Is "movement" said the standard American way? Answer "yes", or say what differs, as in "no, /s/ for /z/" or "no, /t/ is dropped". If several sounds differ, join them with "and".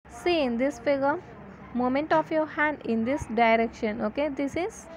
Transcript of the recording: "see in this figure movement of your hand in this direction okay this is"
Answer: no, /v/ is dropped